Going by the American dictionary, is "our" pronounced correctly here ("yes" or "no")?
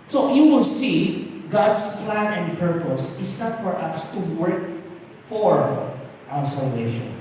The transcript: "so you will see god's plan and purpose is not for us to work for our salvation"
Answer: no